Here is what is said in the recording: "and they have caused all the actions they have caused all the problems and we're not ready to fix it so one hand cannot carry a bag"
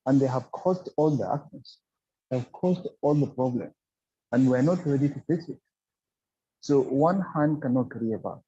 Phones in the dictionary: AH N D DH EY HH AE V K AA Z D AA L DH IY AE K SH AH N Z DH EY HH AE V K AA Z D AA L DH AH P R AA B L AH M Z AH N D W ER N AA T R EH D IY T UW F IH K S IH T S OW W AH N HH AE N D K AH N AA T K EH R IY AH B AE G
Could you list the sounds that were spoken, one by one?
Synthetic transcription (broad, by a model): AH N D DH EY HH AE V K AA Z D AA L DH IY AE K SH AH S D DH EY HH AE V K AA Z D AA L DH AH P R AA B L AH M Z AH N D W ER N AA T R EH D IY T UW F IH S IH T S OW W AH N HH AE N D K AH N AA T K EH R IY AH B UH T